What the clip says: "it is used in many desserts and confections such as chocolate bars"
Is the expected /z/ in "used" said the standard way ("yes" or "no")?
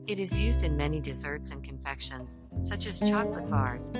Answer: yes